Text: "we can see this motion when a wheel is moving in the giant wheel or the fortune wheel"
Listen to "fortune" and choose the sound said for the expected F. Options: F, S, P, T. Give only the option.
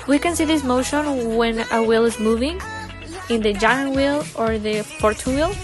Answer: P